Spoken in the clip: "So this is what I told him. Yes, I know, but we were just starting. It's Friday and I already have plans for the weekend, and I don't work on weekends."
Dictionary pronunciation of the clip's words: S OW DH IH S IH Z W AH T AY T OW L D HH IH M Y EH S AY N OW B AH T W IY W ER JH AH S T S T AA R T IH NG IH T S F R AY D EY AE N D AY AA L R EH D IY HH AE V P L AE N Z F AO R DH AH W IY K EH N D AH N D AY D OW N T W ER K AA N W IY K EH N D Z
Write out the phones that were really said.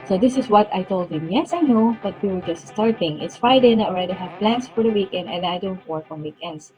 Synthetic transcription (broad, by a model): S OW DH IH S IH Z W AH T AY T OW L D HH IH M Y EH S AY N OW B AH T W IY W ER JH AH S T S T AA R T IH NG IH T S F AY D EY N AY AA L R EH D IY HH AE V P L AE N S F AO R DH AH W IY K EH N D AH N D AY D OW N T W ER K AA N W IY K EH N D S